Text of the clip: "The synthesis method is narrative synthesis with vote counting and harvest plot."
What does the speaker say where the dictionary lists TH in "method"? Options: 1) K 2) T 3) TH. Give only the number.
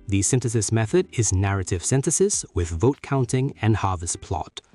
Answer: 3